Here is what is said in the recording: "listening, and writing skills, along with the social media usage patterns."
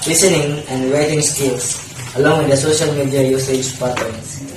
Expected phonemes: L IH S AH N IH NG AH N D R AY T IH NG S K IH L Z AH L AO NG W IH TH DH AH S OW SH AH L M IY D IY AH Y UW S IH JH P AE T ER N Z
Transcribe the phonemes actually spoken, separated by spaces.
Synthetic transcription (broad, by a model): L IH S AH N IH NG AH N D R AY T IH NG S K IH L S AH L AO NG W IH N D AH S OW SH AH L M IY D IY AH Y UW S IH JH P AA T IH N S